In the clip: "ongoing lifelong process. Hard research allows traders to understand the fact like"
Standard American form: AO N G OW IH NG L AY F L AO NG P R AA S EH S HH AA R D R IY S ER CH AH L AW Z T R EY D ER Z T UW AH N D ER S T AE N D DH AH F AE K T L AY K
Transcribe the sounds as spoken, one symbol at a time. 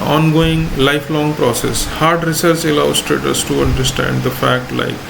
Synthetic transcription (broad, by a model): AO N G OW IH NG L AY F L AO NG P R AA S EH S HH AA R D R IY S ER S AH L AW S T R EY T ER S T UW AH N D ER S T AE N D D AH F AE K T L AY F